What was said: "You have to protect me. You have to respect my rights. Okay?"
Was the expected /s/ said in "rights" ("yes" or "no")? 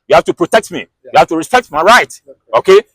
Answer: no